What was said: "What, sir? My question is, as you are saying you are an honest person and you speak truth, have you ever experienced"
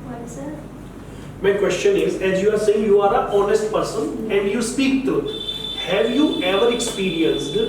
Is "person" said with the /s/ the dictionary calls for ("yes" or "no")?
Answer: yes